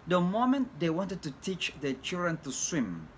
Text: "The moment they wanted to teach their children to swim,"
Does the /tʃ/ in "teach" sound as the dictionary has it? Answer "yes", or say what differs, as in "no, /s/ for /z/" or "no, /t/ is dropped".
yes